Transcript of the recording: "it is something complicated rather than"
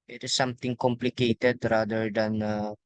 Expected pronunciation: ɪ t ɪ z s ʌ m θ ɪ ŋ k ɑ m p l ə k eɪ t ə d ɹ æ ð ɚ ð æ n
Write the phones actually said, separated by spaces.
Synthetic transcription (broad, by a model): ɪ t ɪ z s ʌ m t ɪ ŋ k ɑ m p l ə k eɪ t ə d ɹ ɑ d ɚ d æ n